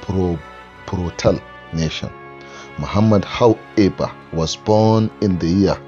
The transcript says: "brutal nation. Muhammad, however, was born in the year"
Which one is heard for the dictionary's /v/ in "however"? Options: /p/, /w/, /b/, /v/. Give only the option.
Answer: /b/